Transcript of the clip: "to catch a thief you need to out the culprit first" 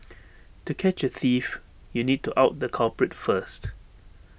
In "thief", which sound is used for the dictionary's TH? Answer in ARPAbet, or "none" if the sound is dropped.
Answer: TH